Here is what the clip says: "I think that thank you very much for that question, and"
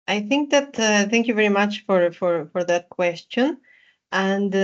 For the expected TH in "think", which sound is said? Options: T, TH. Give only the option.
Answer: TH